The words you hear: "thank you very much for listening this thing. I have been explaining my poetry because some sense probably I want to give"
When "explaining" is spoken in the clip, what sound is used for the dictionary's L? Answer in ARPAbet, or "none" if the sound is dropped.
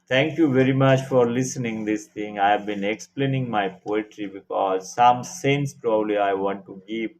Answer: L